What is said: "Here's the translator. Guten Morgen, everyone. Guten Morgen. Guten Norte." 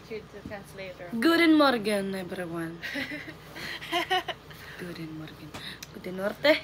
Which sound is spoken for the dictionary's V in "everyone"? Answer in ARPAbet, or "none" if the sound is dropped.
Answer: B